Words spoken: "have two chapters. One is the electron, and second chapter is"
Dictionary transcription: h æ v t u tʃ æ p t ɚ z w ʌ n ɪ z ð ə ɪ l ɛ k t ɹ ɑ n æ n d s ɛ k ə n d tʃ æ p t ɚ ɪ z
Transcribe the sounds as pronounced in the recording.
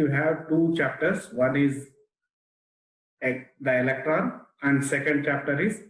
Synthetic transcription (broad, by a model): h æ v t u tʃ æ p t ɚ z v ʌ n ɪ z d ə ɪ l ɛ k t ɹ ɑ n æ n d s ɛ k ə n d tʃ æ p t ɚ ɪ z